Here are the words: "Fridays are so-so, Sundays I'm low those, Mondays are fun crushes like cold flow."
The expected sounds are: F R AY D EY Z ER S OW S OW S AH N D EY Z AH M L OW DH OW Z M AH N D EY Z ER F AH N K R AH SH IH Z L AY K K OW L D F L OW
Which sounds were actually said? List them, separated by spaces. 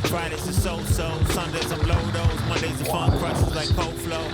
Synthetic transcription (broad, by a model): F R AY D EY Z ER S OW S OW S AH N D EY Z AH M L OW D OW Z M AH N D EY Z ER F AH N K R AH S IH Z L AY K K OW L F L OW